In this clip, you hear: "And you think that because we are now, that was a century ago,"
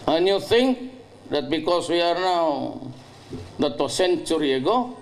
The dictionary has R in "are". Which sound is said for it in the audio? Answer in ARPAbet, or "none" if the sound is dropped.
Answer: R